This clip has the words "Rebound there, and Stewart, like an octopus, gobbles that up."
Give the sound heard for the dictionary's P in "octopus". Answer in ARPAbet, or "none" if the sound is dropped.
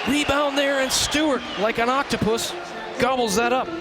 P